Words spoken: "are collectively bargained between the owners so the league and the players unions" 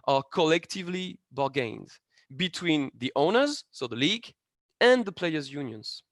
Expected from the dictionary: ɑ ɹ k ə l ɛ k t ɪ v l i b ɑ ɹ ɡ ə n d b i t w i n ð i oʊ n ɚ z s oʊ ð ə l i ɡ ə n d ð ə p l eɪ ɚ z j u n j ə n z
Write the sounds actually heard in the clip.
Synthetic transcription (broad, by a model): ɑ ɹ k ə l ɛ k t ɪ v l i b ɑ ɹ ɡ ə n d b i t w i n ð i oʊ n ɚ z s oʊ ð ə l i ɡ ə n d ð ə p l eɪ ɚ z j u n j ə n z